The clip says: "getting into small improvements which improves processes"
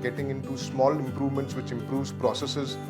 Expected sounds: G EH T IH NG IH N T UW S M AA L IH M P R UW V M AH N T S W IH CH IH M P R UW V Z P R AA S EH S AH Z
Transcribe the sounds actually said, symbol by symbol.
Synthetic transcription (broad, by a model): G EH T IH NG IH N T UW S M AA L IH M P R UW V M AH N T S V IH CH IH M P R UW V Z P R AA S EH S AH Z